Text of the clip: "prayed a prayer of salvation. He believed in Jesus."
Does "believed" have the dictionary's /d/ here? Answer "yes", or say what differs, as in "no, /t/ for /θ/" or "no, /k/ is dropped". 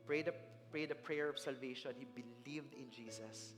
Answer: yes